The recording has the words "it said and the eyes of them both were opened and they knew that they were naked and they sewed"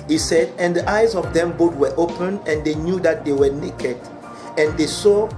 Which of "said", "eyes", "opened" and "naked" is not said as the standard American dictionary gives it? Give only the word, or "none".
opened